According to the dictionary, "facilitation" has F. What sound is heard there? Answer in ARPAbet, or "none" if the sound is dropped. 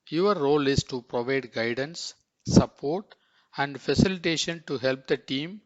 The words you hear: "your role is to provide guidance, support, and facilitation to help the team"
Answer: F